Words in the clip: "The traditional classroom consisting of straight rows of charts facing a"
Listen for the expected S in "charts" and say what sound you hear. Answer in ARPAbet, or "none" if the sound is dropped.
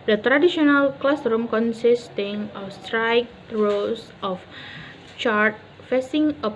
none